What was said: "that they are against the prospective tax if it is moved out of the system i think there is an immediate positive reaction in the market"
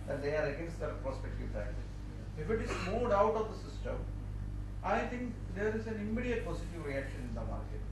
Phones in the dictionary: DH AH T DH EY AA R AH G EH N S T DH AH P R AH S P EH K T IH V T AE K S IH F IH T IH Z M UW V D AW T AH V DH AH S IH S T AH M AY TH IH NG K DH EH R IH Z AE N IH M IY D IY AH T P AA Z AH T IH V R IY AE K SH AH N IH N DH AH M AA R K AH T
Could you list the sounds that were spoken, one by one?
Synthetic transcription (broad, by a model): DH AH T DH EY AA R AH G EH N S T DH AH P R AH S P EH K T IH V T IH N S IH F IH T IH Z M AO D AW T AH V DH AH S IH S T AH M AY T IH NG K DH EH R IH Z AE N IH M IY D IY AH T P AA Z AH T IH V R IY AE K SH AH N IH N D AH M AA R K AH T